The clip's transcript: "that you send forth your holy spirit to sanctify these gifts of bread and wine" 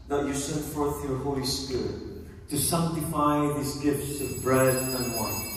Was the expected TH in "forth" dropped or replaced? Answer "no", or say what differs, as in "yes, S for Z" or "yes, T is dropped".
no